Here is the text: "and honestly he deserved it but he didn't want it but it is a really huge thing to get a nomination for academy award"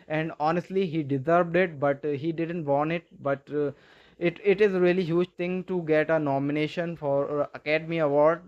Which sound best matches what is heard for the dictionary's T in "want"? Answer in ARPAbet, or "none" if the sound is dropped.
none